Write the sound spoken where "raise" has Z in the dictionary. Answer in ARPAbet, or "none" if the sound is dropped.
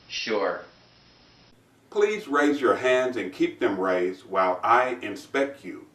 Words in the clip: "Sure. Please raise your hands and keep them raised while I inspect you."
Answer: Z